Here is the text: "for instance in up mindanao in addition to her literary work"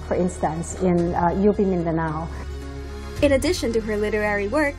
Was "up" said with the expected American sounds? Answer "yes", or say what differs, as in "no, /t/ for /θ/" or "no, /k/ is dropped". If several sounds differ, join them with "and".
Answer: no, /b/ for /p/